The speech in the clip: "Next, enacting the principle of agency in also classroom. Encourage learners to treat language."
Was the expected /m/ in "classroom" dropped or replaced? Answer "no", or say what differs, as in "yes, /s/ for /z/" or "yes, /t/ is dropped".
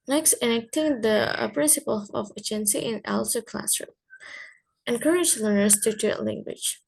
yes, /m/ is dropped